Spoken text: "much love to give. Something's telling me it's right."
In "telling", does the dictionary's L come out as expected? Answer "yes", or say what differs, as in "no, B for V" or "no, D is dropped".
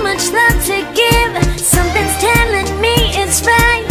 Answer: yes